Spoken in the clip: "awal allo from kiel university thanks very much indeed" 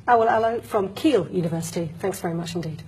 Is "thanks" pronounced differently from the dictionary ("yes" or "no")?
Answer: no